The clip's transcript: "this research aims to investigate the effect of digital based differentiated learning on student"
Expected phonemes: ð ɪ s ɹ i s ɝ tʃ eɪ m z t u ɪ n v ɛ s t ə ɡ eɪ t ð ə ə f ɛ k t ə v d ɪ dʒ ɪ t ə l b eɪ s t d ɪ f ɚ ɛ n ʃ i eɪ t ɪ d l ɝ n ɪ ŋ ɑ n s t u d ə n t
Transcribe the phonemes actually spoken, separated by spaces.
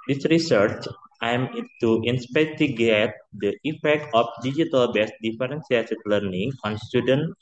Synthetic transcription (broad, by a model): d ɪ s ɹ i s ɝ tʃ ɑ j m t u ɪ n p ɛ t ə ɡ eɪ t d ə ə f ɛ k t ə f d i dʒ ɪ t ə l b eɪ s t d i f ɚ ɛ n s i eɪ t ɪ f l ɝ n ɪ ŋ ɑ n s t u d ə n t